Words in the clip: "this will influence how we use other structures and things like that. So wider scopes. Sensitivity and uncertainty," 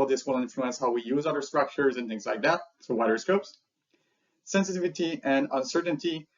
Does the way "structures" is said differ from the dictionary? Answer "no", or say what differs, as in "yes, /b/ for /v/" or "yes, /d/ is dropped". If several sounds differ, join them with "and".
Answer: no